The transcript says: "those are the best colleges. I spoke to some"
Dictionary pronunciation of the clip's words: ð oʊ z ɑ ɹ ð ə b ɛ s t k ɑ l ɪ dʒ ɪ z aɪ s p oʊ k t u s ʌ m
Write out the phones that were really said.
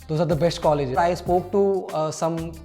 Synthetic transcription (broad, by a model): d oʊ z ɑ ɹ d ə b ɛ s t k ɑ l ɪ dʒ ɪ aɪ s p oʊ k t u s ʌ m